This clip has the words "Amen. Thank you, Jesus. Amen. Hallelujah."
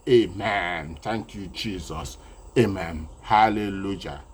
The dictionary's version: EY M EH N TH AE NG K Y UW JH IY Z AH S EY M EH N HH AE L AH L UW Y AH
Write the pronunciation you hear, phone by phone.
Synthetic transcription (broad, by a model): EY M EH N T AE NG K Y UW JH IY Z AH S EY M EH N HH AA L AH L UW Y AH